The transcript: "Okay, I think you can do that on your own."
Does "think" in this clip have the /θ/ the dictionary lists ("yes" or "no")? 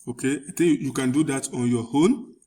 no